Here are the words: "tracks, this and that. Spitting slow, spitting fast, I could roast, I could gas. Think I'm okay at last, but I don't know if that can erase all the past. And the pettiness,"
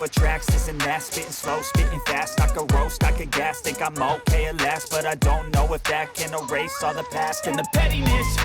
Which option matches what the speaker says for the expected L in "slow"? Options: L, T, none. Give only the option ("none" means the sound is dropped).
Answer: L